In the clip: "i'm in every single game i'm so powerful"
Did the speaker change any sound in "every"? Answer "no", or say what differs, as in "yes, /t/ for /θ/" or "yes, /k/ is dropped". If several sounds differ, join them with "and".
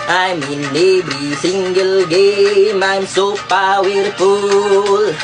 yes, /b/ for /v/